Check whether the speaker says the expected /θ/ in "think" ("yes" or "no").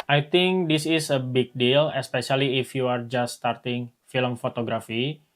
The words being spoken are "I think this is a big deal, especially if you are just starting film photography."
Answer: no